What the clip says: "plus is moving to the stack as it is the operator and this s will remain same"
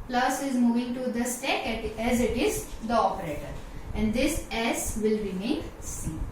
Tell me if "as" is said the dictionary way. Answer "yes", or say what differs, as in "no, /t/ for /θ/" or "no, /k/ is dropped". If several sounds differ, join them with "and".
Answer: yes